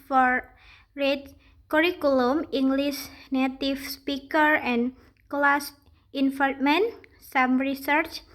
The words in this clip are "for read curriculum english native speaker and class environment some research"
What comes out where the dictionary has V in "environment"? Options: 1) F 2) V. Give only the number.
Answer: 1